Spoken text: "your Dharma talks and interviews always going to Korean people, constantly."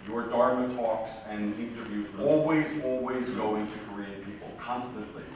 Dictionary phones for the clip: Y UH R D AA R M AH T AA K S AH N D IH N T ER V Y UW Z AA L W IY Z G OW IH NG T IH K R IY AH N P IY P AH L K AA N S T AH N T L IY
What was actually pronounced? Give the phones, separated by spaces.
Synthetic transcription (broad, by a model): Y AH R D AA R M AH T AA K S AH N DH IH N T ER V Y UW Z AA L W IY Z G OW IH NG T IH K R IY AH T P IY P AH L K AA N S T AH N T L IY